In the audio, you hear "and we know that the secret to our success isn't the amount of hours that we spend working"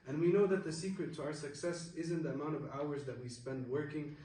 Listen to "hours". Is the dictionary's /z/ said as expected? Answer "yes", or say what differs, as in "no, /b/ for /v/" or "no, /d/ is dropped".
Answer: yes